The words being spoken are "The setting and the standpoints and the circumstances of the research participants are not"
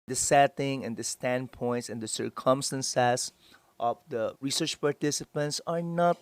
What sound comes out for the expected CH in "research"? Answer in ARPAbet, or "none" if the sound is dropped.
CH